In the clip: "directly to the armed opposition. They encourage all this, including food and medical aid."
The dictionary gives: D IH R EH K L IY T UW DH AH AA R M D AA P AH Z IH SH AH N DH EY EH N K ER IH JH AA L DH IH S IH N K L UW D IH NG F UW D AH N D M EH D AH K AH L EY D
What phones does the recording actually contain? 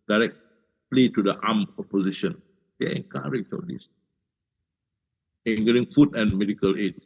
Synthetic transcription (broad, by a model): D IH R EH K L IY T UW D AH AA M AA P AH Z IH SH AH N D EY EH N K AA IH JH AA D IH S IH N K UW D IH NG F UW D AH N M EH D AH K AH L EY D